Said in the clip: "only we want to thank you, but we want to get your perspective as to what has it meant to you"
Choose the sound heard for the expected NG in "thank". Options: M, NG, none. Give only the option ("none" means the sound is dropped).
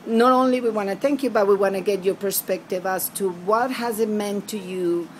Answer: NG